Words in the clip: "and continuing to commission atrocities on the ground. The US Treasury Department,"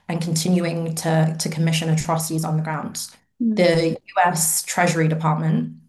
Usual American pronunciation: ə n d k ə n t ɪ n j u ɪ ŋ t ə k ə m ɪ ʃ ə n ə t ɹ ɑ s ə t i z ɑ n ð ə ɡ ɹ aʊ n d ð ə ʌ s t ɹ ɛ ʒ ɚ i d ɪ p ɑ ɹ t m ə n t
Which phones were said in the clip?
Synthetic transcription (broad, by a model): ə n k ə n t ɪ n j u ɪ ŋ t ə k ə m ɪ ʃ ə n ə t ɹ ɑ s ə t i z n ð ə ɡ ɹ aʊ n d ð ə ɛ s t ɹ ɛ ʒ ɚ i d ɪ p ɑ t m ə n t